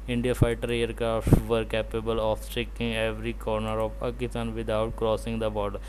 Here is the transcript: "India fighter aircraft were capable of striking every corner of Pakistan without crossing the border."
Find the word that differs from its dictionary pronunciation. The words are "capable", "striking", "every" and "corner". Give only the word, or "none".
striking